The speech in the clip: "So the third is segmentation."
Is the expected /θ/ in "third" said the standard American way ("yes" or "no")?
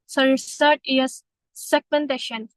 no